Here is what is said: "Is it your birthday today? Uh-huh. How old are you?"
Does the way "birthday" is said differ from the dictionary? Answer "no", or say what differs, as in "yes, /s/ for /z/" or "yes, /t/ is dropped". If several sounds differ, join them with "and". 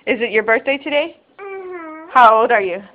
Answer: no